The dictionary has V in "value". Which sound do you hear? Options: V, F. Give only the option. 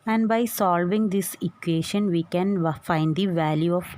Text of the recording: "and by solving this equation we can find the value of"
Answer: V